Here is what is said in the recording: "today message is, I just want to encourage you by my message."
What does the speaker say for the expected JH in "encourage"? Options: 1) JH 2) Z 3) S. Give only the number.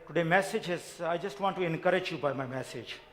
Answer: 1